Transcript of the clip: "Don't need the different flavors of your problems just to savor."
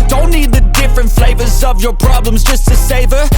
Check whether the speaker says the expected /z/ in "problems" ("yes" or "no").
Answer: yes